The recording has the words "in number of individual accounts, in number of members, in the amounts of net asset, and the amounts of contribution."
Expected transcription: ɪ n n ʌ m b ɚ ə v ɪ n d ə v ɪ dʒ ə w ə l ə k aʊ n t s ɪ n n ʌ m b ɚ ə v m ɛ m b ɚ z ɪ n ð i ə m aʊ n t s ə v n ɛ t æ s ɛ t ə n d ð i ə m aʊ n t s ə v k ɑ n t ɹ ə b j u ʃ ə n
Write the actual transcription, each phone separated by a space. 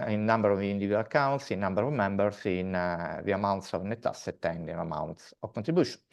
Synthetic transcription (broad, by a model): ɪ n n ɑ m b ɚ ə v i n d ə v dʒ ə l ə k aʊ n t s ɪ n n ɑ m b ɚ ə v m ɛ m b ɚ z ɪ n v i ə m aʊ n t s ə v n ɛ t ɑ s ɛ t ə n d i ə m aʊ n t s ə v k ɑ n t ɹ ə b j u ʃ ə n